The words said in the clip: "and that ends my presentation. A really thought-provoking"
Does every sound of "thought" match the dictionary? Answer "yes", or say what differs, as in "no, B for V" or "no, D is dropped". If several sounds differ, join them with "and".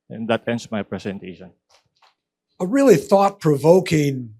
yes